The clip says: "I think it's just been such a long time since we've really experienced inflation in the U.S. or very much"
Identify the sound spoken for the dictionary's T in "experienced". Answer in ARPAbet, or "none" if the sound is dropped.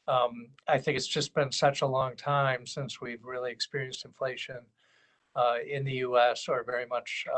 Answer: T